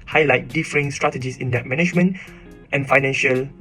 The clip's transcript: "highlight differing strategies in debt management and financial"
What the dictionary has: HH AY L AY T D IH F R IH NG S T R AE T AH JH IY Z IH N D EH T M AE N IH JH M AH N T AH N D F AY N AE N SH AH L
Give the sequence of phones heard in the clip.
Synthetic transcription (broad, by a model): HH AY L AY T D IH F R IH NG S T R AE T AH JH IY S IH N D EH T M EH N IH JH M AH N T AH N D F AY N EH N SH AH L